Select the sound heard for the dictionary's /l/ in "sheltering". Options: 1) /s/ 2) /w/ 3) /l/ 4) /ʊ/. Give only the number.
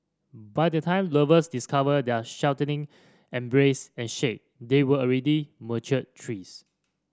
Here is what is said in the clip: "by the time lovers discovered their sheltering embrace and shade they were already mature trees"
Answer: 2